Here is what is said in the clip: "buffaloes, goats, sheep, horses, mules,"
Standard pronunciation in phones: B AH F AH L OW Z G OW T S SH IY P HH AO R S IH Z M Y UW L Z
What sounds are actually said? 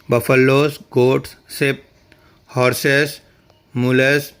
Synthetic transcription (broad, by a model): B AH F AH L OW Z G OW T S S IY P HH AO R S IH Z M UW L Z